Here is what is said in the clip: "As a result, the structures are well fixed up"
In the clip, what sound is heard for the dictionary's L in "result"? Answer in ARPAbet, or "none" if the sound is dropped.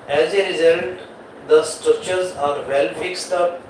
N